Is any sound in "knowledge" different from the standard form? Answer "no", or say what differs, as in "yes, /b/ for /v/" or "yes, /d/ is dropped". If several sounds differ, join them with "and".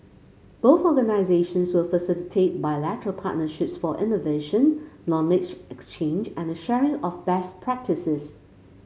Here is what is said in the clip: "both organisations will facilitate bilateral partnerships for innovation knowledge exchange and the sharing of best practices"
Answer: yes, /l/ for /n/